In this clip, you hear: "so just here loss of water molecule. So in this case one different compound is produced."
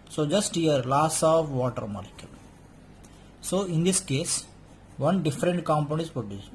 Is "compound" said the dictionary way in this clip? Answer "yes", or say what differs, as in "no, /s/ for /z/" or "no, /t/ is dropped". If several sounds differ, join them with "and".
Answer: no, /d/ is dropped